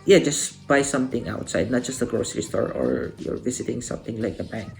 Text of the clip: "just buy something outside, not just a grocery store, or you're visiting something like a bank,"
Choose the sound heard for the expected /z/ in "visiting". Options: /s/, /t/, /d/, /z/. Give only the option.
/s/